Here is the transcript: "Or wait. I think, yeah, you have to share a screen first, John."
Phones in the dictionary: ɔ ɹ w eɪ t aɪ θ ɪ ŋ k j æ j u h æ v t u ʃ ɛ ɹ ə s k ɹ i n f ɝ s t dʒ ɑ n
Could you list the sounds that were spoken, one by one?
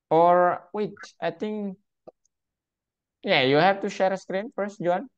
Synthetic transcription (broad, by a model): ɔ ɹ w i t aɪ t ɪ ŋ k j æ j u h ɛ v t u ʃ ɛ ɹ ə s k ɹ i n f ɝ s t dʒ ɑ n